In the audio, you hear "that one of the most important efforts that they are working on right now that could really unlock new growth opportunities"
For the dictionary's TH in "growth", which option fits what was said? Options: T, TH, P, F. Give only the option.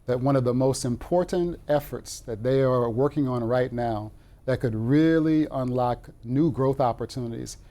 TH